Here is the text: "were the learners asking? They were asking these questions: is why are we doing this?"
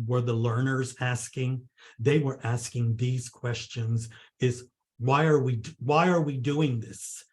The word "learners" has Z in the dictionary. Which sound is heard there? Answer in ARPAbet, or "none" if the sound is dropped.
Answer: Z